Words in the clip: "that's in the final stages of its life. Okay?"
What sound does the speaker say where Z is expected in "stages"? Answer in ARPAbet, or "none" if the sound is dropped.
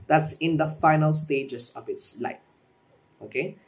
S